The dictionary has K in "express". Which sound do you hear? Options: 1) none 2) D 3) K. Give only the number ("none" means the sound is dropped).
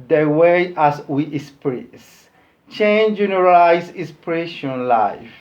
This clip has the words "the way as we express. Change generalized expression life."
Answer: 1